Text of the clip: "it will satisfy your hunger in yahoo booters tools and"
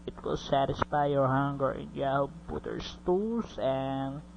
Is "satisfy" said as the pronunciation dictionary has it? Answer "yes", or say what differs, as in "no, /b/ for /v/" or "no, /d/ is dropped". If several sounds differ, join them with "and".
yes